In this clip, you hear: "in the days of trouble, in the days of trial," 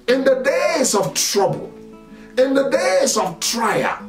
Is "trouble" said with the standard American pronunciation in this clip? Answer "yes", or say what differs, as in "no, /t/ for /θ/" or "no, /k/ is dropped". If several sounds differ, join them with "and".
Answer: yes